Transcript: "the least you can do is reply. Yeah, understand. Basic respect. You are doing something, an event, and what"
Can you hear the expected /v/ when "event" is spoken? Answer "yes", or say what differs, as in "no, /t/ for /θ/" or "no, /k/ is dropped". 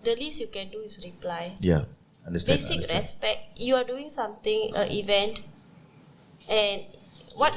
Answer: yes